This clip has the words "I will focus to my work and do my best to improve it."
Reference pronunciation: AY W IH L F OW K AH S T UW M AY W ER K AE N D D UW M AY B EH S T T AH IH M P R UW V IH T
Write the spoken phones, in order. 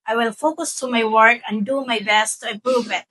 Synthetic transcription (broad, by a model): AY W IH L F OW K AH S T UW M AY W ER K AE N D D UW M AY B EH S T T AH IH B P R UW B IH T